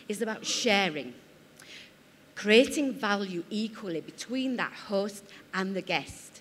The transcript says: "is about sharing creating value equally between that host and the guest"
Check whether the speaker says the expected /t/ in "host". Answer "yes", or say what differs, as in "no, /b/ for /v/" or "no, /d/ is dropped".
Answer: yes